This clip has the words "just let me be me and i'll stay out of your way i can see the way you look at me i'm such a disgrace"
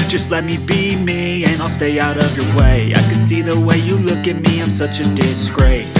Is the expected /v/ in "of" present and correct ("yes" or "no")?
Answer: yes